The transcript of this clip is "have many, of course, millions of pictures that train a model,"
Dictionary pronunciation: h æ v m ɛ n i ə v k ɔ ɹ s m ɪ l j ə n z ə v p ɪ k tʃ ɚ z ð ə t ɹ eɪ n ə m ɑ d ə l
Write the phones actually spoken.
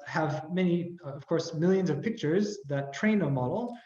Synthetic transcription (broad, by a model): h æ v m ɛ n i ə v k ɔ ɹ s m ɪ l j ə n z ə v p ɪ k tʃ ɚ z ð ə t ɹ eɪ n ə m ɑ d l